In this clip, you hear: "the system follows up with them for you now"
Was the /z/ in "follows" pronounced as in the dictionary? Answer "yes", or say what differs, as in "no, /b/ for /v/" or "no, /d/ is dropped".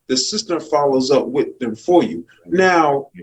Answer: yes